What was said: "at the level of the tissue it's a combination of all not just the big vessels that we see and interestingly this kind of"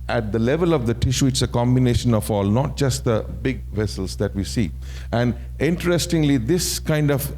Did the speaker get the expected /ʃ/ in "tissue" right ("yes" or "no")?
yes